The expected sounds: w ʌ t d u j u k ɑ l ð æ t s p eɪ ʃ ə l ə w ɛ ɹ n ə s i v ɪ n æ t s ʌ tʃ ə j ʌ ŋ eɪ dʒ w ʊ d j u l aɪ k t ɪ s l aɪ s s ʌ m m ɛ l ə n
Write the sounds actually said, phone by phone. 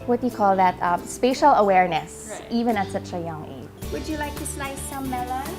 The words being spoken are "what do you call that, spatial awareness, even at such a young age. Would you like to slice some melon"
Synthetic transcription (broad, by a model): w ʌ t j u k ɑ l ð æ t s p eɪ ʃ ə l ə w ɛ ɹ n ə s i v ɪ n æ t s ʌ tʃ ə j ʌ ŋ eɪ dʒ w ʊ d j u l aɪ k t ɪ s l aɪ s s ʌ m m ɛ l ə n